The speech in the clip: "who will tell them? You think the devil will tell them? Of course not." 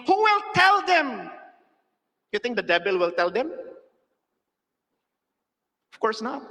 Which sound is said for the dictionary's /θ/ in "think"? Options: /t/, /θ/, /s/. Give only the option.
/t/